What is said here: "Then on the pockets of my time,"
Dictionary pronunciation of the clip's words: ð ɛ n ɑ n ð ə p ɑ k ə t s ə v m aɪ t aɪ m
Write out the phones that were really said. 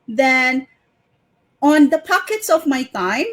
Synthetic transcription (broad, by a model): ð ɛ n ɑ n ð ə p ɑ k ə t s ə v m aɪ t aɪ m